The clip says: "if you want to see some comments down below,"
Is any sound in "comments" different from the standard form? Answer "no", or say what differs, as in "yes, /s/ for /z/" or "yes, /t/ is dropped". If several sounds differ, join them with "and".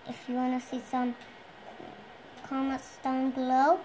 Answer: yes, /n/ is dropped